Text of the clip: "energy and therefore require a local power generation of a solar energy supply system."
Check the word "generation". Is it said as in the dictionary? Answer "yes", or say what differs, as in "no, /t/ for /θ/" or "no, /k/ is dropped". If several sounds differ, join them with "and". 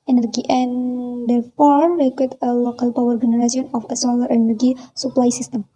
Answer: no, /s/ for /ʃ/